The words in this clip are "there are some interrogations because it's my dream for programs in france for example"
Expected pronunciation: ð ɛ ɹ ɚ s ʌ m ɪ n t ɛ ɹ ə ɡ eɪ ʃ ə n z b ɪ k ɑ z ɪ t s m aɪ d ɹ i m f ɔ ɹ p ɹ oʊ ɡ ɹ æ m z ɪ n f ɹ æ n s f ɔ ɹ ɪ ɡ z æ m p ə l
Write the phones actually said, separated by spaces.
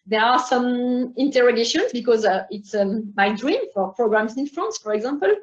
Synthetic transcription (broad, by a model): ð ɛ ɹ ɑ s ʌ m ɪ n t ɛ ɹ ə ɡ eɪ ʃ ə n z b ɪ k ɑ z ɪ t s m aɪ d ɹ i m f ɔ ɹ p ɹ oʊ ɡ ɹ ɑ m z ɪ n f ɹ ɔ n s f ɔ ɹ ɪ ɡ z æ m p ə l